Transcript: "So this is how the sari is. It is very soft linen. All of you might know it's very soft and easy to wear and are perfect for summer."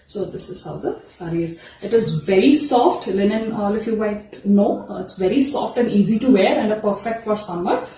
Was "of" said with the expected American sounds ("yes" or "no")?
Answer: no